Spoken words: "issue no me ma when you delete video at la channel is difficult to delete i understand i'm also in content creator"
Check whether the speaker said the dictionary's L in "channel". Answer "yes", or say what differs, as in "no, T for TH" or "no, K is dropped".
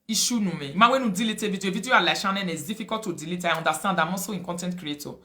no, N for L